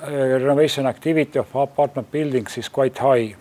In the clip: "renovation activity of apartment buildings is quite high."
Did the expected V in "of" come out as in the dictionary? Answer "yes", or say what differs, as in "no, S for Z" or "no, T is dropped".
no, F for V